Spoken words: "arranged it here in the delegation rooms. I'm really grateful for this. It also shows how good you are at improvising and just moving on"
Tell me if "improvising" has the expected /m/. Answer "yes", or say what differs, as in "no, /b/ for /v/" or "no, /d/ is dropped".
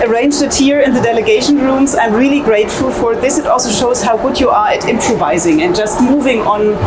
yes